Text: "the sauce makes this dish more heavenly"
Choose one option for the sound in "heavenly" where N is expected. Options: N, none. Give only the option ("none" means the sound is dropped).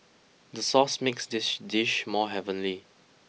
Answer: N